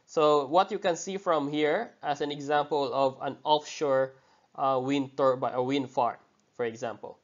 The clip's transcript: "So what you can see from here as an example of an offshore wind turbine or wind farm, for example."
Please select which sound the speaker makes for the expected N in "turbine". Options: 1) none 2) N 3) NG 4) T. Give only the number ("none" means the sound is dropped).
1